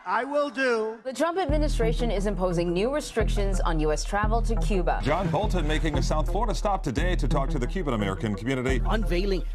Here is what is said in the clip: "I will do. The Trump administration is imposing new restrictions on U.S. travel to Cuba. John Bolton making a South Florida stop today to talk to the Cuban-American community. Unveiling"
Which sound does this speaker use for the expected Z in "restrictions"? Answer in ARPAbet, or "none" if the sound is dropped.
Z